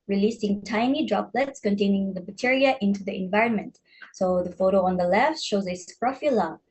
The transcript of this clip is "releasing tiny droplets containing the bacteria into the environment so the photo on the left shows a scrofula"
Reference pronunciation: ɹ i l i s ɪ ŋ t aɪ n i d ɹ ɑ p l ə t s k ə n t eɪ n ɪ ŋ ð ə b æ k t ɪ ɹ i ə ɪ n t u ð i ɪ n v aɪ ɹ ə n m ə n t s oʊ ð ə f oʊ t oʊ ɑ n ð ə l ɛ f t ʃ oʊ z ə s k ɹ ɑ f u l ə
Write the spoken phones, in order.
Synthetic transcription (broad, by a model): ɹ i l i s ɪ ŋ t aɪ n i d ɹ ɑ p l ə t s k ə n t eɪ n ɪ ŋ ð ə b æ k t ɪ ɹ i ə ɪ n t u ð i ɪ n v aɪ ɹ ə n m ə n t s oʊ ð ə f oʊ t oʊ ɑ n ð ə l ɛ f t ʃ oʊ z ə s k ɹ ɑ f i l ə